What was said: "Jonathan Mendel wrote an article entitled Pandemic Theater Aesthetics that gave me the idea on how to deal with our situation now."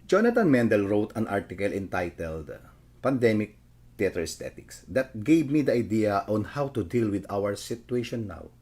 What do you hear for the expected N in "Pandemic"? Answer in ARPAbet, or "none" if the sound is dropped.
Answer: N